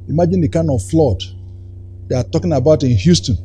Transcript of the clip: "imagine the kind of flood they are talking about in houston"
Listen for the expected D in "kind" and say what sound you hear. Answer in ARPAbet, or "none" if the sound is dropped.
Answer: none